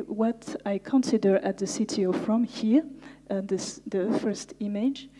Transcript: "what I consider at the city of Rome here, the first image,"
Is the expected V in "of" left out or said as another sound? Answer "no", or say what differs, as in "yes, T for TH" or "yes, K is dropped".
yes, F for V